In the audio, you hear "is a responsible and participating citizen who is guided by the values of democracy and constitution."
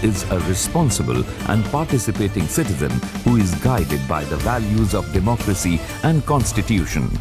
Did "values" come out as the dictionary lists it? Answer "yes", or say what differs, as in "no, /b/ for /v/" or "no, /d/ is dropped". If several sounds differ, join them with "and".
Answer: yes